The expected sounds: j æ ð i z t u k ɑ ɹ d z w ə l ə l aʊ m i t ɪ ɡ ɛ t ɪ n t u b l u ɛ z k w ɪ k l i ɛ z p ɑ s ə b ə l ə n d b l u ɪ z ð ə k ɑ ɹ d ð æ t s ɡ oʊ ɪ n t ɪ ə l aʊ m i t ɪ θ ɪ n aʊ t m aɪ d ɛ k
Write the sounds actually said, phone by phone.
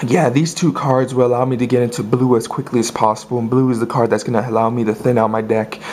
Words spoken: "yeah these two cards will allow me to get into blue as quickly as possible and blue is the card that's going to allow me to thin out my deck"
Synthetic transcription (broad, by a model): j æ ð i z t u k ɑ ɹ d z w ə l ə l aʊ m i t ɪ ɡ ɛ t ɪ n t u b l u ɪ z k w ɪ k l i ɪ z p ɑ s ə b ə l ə n b l u ɪ z ð ə k ɑ ɹ d ð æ t s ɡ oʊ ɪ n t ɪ ə l aʊ m i t ɪ θ ɪ n aʊ t m aɪ d ɛ k